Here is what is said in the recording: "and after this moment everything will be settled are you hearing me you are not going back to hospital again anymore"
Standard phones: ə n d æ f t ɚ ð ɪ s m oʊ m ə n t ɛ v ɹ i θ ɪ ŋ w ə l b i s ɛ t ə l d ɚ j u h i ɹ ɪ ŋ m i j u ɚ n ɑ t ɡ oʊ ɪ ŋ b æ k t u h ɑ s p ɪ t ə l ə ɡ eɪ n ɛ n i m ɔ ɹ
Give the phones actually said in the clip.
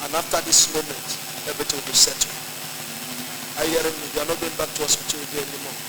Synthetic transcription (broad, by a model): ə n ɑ f t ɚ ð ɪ s m oʊ m ə n t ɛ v ɹ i t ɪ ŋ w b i s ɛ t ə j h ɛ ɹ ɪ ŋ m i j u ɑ n ɑ t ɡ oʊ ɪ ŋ b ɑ k t u h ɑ s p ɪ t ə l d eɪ ɛ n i m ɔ